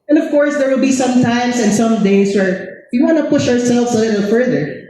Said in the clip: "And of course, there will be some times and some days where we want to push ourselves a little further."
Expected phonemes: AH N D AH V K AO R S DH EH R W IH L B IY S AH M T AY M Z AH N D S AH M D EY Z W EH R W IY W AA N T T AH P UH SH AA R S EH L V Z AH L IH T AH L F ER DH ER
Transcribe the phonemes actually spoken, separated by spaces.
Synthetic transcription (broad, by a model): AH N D AH V K AO R S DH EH R W IH L B IY S AH M T AY M S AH N S AH M D EY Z W EH R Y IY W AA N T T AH P UH SH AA R S EH L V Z AH L IH T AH L F ER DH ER